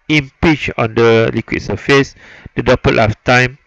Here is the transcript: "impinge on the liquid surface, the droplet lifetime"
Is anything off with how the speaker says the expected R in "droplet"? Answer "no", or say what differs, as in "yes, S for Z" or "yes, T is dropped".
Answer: yes, R is dropped